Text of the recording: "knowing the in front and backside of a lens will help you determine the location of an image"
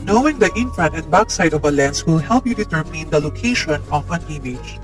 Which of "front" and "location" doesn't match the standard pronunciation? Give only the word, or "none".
front